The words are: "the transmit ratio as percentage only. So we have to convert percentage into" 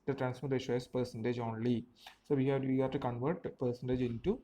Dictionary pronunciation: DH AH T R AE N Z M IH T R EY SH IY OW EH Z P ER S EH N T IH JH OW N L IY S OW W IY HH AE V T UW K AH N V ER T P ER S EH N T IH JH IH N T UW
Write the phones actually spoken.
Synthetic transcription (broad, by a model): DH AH T R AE N S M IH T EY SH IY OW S P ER S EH N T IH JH OW N L IY S OW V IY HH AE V T UW K AH N V ER T P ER S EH N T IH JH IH N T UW